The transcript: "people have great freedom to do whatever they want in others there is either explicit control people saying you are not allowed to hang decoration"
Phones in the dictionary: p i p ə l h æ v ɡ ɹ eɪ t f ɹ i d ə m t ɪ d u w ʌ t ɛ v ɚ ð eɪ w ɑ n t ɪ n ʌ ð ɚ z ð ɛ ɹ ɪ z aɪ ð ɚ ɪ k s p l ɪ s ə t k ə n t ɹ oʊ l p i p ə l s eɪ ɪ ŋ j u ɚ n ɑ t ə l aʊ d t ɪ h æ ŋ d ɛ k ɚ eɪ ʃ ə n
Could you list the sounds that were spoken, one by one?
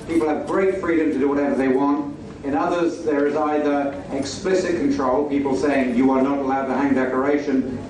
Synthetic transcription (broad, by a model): p i p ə l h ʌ v ɡ ɹ eɪ t f ɹ i d ə m t ɪ d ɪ w ʌ t ɛ v ɚ ð eɪ w ɑ n t ɪ n ʌ ð ɚ z ð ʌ ɹ ɪ z aɪ ð ɚ ɪ k s p l ɪ s ə t k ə n t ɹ oʊ l p i p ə l s eɪ ɪ ŋ j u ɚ n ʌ t ə l aʊ d t ɪ h æ ŋ d ɛ k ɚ eɪ ʃ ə n